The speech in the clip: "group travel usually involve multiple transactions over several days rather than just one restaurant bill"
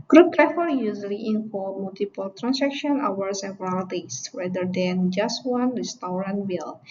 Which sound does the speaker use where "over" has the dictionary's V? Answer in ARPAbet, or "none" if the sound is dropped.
W